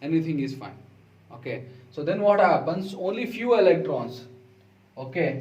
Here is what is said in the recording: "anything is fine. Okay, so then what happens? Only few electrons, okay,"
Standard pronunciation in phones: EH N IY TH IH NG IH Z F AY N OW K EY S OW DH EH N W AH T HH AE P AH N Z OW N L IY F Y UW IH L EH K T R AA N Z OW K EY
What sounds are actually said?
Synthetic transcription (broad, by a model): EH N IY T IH NG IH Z F AY N OW K EY S OW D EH N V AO T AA B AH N S OW N L IY F Y UW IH L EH K T R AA N S OW K EY